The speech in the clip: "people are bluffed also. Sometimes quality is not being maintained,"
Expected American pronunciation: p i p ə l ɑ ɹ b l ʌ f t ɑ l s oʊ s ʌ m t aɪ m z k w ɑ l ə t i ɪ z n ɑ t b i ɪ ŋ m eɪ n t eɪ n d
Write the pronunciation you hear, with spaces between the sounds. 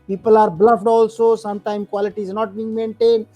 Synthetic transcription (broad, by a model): p i p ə l ɑ ɹ b l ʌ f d ɑ l s oʊ s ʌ m t aɪ m k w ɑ l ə t i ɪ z n ɑ t b i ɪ ŋ m eɪ n t eɪ n d